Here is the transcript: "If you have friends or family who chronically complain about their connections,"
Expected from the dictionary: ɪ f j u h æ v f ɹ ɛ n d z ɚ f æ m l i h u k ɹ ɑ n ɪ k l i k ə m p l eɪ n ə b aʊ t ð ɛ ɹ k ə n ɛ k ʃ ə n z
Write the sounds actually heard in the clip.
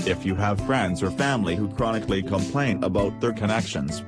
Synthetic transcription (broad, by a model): ɪ f j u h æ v f ɹ ɛ n d z ɚ f æ m l i h u k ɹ ɑ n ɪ k l i k ə m p l eɪ n ə b aʊ t ð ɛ ɹ k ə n ɛ k ʃ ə n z